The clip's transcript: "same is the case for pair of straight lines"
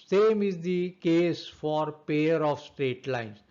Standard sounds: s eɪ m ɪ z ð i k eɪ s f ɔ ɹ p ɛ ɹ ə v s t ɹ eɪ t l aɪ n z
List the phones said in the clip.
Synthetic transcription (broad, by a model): s eɪ m ɪ z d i k eɪ s f ɔ ɹ p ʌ ɹ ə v s t ɹ eɪ t l aɪ n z